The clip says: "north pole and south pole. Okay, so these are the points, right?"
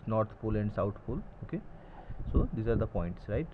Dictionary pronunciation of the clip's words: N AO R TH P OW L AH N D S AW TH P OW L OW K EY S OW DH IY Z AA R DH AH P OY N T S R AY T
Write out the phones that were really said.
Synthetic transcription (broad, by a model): N AO R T P OW L AH N D S AW T P OW L OW K EY S OW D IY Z AA R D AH P OY N T S R AY T